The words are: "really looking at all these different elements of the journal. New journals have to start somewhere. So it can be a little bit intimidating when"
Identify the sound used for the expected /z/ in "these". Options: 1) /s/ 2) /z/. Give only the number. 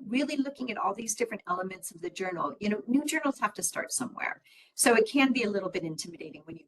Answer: 2